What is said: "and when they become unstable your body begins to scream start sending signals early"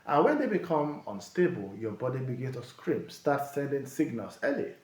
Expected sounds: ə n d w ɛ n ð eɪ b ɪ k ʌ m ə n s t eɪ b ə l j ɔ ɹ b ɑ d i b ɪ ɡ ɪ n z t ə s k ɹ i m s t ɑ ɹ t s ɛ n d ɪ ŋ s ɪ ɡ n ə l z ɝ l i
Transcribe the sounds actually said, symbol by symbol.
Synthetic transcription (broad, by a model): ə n w ɛ n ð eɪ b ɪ k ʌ m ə n s t eɪ b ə l j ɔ b ɑ d i b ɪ ɡ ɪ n t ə s k ɹ i m s t ɑ t s ɛ n d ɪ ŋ s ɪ ɡ n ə l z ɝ l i